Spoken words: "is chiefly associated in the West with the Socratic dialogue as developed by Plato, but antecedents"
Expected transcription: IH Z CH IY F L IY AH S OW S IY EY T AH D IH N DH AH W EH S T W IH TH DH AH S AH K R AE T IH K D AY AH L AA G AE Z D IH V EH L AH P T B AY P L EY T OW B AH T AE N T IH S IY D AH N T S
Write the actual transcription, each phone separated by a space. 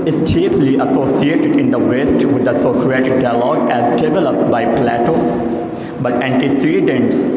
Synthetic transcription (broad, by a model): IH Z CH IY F L IY AH S OW S IY EY T AH D IH N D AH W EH S T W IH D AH S AH K R AE T IH K D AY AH L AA G AE Z D IH V EH L AH P T B AY P L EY T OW B AH T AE N T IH S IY D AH N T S